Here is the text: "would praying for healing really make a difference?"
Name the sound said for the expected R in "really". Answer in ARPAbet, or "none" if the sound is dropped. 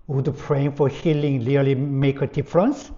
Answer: L